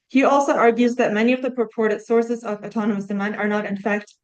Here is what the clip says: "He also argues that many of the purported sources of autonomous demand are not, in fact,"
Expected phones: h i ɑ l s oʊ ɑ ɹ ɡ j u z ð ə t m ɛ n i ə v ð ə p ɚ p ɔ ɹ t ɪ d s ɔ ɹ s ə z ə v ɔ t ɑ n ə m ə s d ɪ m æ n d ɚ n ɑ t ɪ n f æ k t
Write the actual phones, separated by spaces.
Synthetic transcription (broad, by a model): h i ɑ l s oʊ ɑ ɹ ɡ j u z ð ə t m ɛ n i ə v ð ə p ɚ p ɔ ɹ t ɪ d s ɔ ɹ s ə z ə v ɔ t ɑ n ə m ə s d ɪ m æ n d ɚ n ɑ t ɪ n f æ k t